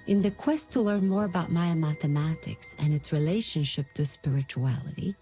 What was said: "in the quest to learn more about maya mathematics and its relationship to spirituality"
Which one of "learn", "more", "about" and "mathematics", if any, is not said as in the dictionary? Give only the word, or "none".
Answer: none